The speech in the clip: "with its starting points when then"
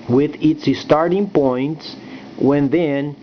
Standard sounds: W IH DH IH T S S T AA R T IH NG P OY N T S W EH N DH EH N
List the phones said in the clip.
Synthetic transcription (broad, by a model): W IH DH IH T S S T AA R T IH NG P OY N T S W EH N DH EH N